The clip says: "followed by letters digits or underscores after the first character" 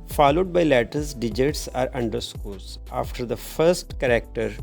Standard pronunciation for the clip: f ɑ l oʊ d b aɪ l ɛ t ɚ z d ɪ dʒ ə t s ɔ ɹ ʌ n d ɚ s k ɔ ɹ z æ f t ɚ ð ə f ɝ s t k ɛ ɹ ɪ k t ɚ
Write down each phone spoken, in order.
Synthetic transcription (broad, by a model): f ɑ l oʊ d b aɪ l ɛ t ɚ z d ɪ dʒ ə t s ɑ ɹ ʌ n d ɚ s k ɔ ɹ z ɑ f t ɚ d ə f ɝ s t k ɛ ɹ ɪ k t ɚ